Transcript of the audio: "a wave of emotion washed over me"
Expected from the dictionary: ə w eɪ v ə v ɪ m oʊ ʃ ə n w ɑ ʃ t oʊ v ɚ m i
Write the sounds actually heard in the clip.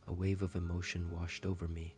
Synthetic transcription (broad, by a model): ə w eɪ v ə v ɪ m oʊ ʃ ə n w ɑ ʃ t oʊ v ɚ m i